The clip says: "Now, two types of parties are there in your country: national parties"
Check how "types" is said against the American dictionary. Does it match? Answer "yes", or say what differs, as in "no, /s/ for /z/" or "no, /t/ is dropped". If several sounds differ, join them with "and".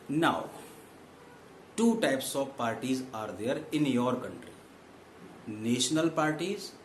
yes